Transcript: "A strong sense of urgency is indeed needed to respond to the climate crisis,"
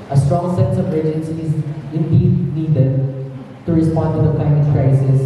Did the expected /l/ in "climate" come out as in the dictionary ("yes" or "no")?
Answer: no